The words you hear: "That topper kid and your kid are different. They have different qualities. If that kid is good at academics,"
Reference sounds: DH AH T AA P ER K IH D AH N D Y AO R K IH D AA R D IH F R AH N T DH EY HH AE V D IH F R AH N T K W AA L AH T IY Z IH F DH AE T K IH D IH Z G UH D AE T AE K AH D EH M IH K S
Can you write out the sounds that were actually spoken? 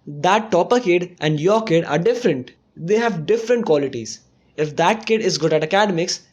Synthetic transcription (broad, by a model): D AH T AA P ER K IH D AH N D Y AO R K IH D AA R D IH F R AH N T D EY HH AE V D IH F R AH N T K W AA L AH T IY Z IH F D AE T K IH D IH Z G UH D AE T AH K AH D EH M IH K S